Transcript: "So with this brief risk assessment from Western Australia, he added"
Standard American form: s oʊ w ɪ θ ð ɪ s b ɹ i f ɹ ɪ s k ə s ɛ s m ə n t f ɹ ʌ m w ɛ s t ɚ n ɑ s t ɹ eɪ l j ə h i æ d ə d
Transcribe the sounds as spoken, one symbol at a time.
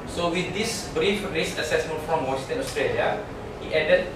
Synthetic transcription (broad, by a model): s oʊ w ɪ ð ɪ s b ɹ i f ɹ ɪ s ə s ɛ s m ə n t f ɹ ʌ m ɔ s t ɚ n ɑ s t ɹ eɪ l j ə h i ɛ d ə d